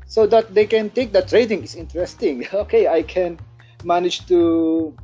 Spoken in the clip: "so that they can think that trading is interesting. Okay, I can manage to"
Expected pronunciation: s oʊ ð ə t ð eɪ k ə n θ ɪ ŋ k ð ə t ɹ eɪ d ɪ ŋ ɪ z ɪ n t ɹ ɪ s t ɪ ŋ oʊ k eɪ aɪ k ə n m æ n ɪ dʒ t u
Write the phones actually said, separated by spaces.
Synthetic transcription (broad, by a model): s oʊ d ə t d eɪ k ə n t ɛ k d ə t ɹ eɪ d ɪ ŋ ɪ s ɪ n t ɹ ɪ s t ɪ ŋ oʊ k eɪ aɪ k ə n m æ n ɪ dʒ t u